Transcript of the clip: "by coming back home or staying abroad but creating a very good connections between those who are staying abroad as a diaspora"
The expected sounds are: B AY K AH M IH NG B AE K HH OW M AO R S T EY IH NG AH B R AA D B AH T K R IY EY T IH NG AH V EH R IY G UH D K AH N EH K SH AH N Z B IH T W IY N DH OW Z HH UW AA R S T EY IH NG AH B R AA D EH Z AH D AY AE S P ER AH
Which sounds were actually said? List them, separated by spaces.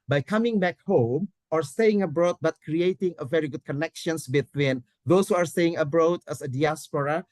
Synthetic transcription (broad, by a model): B AY K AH M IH NG B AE K HH OW M AO R S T EY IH NG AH B R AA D B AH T K R IY EY T IH NG AH V EH R IY G UH D K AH N EH K SH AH N S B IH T W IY N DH OW S HH UW AA R S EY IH NG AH B R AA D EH S AH D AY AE S P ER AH